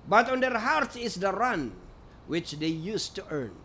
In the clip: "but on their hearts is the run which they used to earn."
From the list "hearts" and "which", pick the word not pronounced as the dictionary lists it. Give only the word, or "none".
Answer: hearts